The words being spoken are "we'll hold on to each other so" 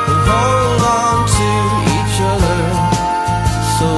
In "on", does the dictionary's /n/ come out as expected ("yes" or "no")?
yes